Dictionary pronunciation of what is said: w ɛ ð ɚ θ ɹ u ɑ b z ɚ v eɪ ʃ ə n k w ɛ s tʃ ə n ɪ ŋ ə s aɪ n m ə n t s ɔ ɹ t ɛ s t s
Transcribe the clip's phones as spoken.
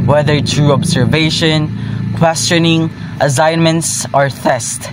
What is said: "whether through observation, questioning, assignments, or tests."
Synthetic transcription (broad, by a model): w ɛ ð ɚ t ɹ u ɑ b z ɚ v eɪ ʃ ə n k w ɛ s tʃ ə n ɪ ŋ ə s aɪ n m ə n t s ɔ ɹ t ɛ s t